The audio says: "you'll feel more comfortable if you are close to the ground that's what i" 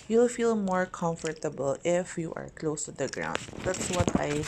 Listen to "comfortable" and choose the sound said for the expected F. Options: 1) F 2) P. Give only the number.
1